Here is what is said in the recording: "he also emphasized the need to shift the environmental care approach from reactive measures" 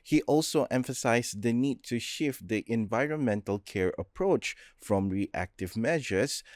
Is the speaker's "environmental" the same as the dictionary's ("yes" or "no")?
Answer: yes